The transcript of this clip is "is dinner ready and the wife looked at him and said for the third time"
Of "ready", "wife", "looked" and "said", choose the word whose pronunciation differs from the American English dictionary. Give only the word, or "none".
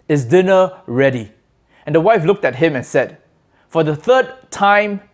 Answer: none